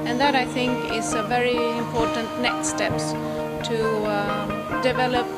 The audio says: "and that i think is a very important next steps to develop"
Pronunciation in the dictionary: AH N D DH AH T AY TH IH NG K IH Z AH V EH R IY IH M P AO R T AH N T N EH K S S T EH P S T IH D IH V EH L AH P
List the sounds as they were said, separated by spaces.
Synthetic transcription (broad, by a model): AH N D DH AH T AY TH IH NG K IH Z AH V EH R IY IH M P AO R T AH N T N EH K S S T EH P S T IH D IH V EH L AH P